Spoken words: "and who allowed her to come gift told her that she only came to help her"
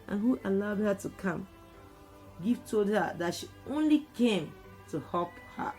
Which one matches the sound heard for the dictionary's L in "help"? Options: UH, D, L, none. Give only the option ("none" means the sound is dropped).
none